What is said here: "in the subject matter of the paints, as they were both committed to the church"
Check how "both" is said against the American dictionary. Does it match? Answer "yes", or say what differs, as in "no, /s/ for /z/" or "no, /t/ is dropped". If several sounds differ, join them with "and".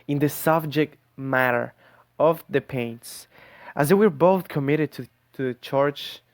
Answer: yes